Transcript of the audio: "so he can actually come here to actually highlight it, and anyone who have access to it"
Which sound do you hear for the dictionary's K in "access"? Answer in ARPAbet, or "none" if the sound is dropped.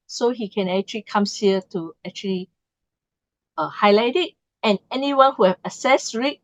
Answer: none